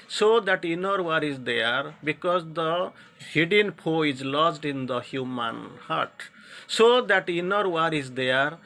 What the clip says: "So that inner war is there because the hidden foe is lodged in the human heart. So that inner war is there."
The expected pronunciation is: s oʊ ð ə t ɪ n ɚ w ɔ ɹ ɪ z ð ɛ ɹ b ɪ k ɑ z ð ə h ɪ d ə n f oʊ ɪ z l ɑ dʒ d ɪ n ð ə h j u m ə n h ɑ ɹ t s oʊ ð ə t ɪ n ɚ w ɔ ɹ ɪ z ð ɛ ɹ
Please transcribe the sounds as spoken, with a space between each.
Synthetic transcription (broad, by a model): s oʊ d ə t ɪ n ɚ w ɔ ɹ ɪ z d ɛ ɹ b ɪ k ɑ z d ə h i d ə n p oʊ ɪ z l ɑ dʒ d ɪ n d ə h j u m ə n h ɑ ɹ t s oʊ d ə t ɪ n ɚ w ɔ ɹ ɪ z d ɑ ɹ